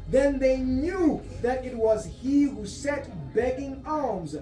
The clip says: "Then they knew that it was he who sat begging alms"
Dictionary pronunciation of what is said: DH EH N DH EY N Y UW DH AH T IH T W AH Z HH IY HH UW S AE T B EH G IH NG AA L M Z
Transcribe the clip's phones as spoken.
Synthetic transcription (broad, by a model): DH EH N DH EY N Y UW DH AH T IH T W AH Z HH IY HH UW S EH T B EH G IH NG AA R M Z